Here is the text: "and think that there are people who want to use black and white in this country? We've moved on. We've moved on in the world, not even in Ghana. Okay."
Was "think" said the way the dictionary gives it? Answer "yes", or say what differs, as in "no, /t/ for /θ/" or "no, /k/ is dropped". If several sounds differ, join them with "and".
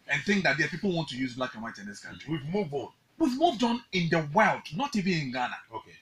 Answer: yes